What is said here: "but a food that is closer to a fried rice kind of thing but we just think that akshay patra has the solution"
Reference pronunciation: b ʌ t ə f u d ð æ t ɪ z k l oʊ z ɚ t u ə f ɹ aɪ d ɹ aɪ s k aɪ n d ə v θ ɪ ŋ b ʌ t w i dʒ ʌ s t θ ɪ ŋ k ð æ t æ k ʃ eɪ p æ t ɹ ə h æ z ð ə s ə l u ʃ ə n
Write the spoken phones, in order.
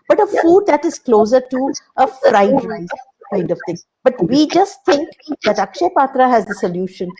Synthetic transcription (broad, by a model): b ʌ t ə f u d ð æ t ɪ z k l oʊ z ɚ t u ə f ɹ aɪ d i k aɪ n d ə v t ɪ ŋ b ʌ t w i dʒ ʌ s t t ɪ ŋ k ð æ t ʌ k ʃ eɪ p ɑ t ɹ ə h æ z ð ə s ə l u ʃ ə n